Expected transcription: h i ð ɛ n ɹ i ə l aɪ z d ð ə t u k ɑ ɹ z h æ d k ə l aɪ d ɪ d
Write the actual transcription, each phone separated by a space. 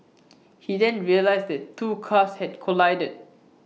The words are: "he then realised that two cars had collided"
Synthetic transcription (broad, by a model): h i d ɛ n ɹ i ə l aɪ s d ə t u k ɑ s h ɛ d k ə l aɪ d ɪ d